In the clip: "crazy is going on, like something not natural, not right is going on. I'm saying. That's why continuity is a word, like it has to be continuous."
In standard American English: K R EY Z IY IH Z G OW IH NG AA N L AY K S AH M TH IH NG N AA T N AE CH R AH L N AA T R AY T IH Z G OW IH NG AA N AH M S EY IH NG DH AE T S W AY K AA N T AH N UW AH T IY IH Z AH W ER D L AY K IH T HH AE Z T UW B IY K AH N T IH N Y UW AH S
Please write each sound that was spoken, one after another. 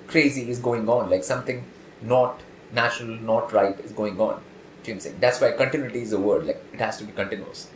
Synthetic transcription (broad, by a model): K R EY Z IY IH Z G OW IH NG AA N L AY K S AH M T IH NG N AA T N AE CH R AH L N AA T R AY T IH Z G OW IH NG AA N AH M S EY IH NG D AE T S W AY K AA N T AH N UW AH T IY IH Z AH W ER D L AY K IH T HH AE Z T UW B IY K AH N T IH N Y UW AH S